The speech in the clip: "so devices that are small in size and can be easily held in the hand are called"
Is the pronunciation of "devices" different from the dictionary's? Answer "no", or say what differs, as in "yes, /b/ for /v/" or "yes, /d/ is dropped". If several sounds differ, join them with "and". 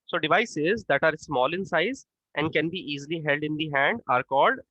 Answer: no